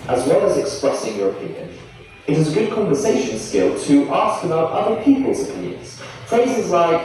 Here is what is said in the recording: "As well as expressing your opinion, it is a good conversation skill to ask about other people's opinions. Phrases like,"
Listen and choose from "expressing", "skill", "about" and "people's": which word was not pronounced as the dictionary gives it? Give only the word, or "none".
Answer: none